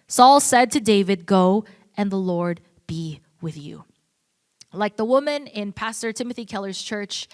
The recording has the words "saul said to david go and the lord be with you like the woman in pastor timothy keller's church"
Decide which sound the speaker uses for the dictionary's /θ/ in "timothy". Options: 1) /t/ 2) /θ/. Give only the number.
2